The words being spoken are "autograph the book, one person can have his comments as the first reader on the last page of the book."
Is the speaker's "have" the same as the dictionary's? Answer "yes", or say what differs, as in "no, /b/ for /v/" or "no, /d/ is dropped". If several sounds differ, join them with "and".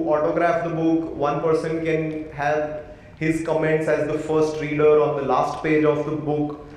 no, /p/ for /v/